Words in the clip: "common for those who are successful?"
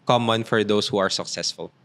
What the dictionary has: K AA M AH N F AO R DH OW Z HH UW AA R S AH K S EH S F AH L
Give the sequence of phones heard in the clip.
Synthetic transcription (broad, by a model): K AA M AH N F AO R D OW S HH UW AA R S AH K S EH S F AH L